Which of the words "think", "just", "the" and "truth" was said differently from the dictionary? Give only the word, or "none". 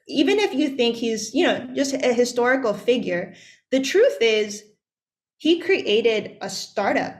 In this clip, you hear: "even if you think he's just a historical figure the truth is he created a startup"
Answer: none